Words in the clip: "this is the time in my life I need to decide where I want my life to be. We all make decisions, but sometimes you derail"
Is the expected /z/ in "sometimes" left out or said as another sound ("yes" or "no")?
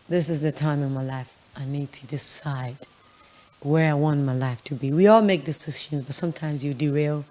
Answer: no